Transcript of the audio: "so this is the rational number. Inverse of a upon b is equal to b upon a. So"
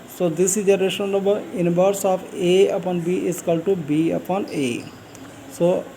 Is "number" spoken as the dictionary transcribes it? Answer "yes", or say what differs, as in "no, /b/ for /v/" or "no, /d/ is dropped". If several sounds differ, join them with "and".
no, /m/ is dropped